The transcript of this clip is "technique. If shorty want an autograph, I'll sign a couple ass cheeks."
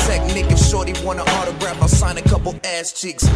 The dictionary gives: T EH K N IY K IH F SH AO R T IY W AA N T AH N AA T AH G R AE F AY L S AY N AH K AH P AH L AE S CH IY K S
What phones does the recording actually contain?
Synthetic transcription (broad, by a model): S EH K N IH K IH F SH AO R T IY W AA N AH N AA T AH G R AE F AY L S AY N AH K AH P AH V AE S CH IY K S